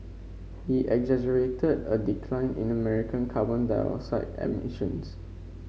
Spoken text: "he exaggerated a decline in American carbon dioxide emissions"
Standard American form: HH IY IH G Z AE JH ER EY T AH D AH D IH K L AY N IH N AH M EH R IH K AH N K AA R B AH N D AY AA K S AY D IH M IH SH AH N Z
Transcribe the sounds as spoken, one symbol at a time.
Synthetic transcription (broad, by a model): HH IY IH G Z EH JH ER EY T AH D AH D IH K L AY N IH N AH M EH R IH K AH N K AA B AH N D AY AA S AY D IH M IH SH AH N S